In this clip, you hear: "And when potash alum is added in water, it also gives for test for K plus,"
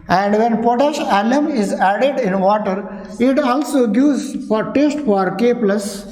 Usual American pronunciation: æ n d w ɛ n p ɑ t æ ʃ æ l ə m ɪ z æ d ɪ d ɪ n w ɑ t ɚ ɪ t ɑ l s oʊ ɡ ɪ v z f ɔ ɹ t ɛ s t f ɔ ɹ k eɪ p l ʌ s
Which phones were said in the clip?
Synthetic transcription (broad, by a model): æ n d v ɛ n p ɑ t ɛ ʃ æ l ə m ɪ z æ d ɪ d ɪ n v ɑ t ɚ ɪ t ɑ l s oʊ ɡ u z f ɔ ɹ t ɛ s t f ɔ ɹ k eɪ p l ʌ s